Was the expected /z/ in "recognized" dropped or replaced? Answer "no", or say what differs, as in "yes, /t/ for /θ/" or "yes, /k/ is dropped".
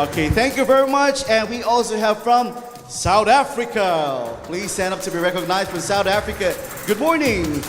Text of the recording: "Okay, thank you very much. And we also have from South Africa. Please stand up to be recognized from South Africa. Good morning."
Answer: no